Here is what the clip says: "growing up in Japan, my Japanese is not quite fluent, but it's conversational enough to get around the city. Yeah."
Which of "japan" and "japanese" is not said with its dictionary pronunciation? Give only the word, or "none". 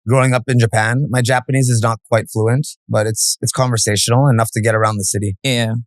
none